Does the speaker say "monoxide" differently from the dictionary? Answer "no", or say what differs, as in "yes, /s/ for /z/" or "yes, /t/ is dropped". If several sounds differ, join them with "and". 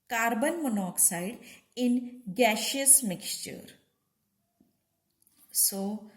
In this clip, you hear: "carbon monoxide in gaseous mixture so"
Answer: no